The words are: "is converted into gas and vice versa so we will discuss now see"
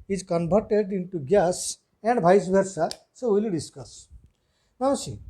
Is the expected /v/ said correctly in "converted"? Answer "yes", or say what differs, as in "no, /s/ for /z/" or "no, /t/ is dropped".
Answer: no, /b/ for /v/